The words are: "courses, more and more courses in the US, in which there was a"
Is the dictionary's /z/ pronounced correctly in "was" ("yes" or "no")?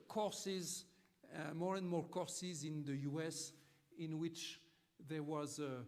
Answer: yes